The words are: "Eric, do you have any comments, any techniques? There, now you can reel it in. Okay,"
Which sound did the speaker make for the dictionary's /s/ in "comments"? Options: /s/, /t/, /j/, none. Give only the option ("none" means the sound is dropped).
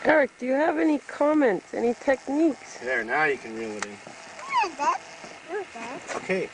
/s/